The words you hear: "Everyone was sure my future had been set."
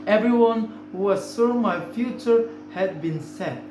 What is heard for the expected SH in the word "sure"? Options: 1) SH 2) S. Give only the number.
2